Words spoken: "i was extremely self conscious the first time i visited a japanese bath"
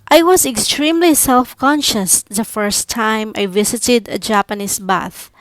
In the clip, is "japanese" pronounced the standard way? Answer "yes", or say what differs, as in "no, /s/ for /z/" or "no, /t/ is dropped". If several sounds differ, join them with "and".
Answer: no, /s/ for /z/